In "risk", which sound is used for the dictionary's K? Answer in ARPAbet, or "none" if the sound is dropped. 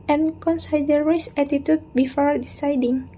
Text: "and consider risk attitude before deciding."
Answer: none